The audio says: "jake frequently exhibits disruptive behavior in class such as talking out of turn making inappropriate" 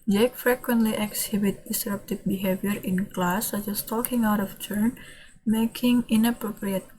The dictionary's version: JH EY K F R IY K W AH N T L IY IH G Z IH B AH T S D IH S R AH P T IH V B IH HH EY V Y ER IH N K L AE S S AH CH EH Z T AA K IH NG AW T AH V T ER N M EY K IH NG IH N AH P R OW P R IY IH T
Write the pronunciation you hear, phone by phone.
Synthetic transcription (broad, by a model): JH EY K F R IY K W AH N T L IY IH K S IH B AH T D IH S R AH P T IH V B IH HH EY V Y ER IH N K L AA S S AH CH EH S T AA K IH NG AW T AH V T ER N M EY K IH NG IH N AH P R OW P R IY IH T